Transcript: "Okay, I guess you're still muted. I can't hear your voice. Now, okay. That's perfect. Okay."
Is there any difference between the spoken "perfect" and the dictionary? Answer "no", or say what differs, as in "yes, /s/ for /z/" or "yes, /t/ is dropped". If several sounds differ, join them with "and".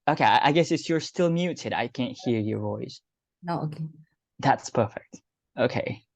no